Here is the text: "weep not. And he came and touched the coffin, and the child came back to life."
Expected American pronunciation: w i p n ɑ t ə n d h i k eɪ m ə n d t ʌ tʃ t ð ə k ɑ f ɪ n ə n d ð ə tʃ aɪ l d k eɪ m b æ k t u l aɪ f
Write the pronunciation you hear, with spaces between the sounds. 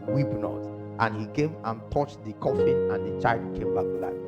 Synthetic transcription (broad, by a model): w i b n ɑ t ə n h i k eɪ m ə n t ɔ tʃ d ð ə k ɑ f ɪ ə n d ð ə tʃ aɪ l d k eɪ m b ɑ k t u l aɪ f